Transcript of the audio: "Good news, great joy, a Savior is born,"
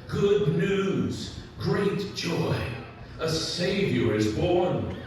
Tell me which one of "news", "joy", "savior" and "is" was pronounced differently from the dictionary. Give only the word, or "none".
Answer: none